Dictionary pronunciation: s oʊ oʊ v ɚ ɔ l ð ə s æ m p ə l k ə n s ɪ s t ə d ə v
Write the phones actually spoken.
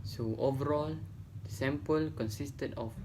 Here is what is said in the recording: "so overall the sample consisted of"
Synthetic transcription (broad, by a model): s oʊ oʊ v ɚ ɔ l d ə s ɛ m p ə l k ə n s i s t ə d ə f